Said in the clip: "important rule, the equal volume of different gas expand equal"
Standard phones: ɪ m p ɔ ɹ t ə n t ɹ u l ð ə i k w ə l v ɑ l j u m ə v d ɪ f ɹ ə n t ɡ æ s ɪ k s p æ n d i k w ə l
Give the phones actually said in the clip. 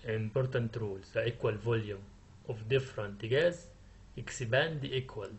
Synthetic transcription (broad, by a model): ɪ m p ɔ ɹ t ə n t ɹ u l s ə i k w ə l v ɑ l j u m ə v d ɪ f ɹ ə n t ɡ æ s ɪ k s b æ n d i k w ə l